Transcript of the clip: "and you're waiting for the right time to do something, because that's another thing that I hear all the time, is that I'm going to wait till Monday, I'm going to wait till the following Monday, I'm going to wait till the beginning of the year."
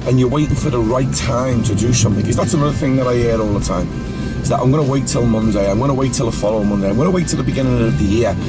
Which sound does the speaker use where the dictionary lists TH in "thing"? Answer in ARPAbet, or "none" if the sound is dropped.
TH